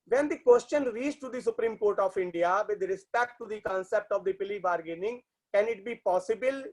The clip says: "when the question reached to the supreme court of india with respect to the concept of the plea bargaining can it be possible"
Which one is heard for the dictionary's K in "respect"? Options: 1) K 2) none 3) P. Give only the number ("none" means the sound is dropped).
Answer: 1